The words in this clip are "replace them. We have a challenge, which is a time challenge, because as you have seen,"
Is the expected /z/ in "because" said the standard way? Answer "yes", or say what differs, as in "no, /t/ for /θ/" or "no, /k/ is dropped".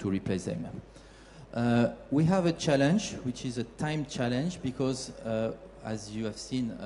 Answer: yes